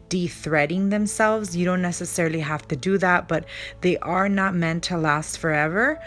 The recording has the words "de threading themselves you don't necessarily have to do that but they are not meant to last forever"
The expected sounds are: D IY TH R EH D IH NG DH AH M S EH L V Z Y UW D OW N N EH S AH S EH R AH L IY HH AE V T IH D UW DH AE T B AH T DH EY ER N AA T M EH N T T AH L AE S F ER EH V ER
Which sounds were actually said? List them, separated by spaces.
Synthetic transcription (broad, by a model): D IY TH R EH D IH NG DH AH M S EH L V Z Y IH D OW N N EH S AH S EH R L IY HH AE F T IH D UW DH AE T B AH T DH EY ER N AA T M EH N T T AH L AE S F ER EH V ER